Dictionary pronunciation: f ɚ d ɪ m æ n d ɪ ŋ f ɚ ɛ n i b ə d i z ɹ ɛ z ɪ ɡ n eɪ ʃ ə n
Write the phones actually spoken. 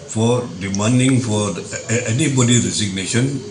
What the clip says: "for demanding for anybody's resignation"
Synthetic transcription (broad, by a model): f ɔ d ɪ m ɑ n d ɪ ŋ f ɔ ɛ n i b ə d i ɹ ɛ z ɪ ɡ n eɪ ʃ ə n